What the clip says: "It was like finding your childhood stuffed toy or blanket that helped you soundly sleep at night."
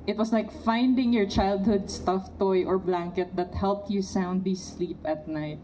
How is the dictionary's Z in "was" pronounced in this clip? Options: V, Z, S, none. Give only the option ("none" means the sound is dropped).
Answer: S